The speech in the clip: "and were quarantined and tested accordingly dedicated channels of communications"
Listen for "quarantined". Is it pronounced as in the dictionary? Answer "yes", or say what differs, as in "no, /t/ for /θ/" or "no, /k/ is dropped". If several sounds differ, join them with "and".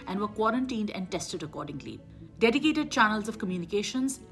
yes